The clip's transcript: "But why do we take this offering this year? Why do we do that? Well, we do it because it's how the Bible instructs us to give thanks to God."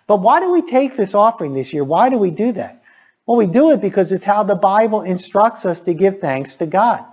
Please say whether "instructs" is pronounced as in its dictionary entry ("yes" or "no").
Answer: yes